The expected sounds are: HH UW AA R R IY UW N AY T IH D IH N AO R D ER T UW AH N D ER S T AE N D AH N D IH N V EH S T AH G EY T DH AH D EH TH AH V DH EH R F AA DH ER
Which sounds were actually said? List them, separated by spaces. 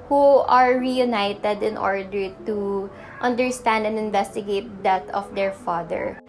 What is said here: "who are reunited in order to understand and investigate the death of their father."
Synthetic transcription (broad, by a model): HH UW AA R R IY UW N AY T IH D IH N AO R D ER T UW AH N D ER S T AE N D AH N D IH N V EH S T AH G EY T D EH T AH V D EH R F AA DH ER